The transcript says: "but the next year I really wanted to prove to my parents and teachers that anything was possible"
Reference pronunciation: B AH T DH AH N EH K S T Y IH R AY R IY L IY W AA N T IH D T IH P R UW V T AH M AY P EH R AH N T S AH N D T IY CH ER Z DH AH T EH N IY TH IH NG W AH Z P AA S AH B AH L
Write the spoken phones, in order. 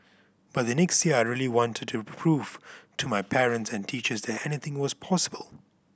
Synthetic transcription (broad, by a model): B AH T DH AH N EH K S T Y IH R AY R IY L IY W AA N T IH D T IH P R UW V T AH M AY P EH R AH N T S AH N T IY CH ER Z DH AH T EH N IY TH IH NG W AH Z P AA S AH B AH L